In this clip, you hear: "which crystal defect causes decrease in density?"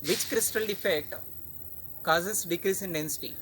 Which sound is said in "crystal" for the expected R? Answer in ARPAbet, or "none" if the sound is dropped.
R